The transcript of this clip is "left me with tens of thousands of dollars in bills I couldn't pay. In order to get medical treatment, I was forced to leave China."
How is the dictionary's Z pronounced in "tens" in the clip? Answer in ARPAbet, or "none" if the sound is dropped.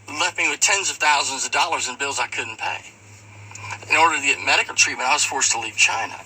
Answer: Z